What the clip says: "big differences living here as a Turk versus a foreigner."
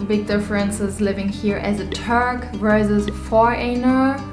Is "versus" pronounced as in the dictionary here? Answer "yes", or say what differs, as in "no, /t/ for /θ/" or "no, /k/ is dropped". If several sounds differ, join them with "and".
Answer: no, /s/ is dropped